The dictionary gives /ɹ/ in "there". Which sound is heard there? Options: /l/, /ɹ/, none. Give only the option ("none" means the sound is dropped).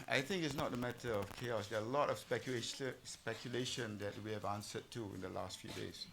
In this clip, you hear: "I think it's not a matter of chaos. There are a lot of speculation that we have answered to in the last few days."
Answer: /l/